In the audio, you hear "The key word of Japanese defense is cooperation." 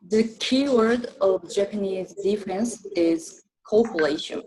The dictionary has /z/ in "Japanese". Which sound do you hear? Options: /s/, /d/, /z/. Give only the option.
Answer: /z/